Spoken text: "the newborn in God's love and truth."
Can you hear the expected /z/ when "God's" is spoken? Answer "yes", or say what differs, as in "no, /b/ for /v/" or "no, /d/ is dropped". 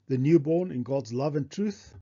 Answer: yes